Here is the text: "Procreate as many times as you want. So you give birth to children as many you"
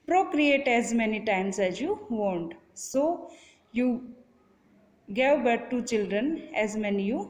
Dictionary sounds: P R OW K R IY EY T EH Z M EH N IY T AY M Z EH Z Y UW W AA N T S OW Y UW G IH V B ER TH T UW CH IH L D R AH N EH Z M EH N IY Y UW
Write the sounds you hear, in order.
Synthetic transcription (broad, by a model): P R OW K R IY EY T EH Z M EH N IY T AY M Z EH Z Y UW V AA N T S OW Y UW G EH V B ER T T UW CH IH L D R AH N EH Z M EH N IY Y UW